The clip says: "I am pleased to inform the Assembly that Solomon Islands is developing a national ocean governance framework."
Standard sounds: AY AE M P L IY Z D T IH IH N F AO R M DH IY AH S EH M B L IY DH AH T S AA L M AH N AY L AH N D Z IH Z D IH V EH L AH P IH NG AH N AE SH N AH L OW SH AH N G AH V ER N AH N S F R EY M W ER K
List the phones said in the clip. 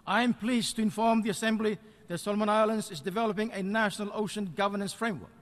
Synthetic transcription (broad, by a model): AY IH M P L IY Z T IH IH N F AO R M DH IY AH S EH M B L IY DH AH T S AA L M AH N AY L AH N D Z IH Z D IH V EH L AH P IH NG AH N AE SH N AH L OW SH AH N G AH V ER N AH N S F R EY M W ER K